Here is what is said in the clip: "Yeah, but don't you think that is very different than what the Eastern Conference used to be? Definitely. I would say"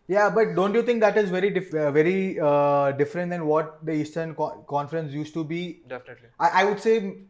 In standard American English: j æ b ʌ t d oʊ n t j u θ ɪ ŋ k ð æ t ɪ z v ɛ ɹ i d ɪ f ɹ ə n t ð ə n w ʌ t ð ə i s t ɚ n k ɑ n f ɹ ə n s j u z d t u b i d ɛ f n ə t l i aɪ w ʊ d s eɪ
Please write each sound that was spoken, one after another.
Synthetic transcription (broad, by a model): j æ b ʌ t d oʊ n t j u t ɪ ŋ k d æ t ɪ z v ɛ ɹ i d ɪ f ɹ ə n t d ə n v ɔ t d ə i s t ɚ n k ɑ n f ɹ ə n s j u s t u b i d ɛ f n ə t i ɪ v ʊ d s eɪ